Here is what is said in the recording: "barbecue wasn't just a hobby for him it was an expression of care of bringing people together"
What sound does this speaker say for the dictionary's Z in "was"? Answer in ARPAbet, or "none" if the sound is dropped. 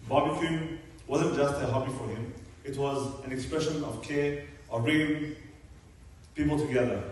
Z